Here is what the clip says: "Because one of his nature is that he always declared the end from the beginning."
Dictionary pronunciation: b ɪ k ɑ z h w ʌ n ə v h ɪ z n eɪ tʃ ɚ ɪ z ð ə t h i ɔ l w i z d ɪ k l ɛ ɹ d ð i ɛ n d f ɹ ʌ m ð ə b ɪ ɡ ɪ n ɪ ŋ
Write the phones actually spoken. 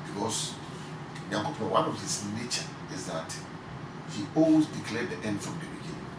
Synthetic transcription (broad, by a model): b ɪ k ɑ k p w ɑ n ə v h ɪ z n eɪ tʃ ɚ ɪ z ð ə t h i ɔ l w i d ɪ k l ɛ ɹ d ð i ɛ n d f ɹ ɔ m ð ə b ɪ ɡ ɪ n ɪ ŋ